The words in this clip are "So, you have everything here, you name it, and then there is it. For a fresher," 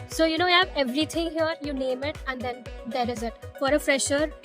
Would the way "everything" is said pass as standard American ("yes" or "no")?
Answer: no